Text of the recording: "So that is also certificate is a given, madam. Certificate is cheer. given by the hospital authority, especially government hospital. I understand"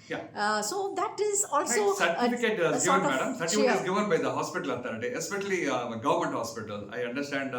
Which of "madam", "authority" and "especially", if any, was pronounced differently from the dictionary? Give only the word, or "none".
authority